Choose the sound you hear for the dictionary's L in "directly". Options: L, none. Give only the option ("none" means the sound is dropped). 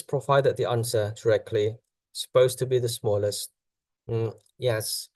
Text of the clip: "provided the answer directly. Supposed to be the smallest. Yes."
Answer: L